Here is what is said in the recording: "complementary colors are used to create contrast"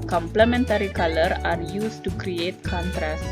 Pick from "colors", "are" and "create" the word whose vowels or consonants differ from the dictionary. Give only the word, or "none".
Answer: colors